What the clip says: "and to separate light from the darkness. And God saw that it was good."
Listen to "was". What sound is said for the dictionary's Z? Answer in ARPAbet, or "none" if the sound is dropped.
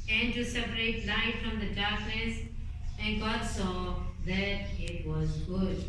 Z